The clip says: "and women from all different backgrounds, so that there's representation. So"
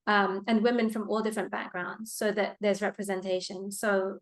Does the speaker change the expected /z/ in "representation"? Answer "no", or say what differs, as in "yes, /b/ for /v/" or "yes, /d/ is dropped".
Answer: no